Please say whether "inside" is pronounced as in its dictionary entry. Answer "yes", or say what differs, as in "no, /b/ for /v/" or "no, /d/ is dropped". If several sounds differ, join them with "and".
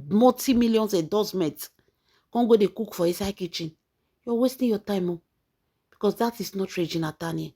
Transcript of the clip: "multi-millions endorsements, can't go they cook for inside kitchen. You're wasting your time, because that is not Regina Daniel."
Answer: no, /n/ is dropped